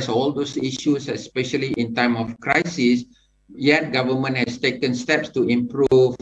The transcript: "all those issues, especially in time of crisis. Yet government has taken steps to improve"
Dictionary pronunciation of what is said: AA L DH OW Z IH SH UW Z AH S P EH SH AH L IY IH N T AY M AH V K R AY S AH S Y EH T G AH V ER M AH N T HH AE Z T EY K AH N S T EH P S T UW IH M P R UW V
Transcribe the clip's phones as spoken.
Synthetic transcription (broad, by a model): AA L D OW S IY SH UW S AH S P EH SH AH L IY IH N T AY M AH F K R AY S AH S Y EH T G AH V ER M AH N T HH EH S T EY K AH N S T EH P S T UW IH M P R UW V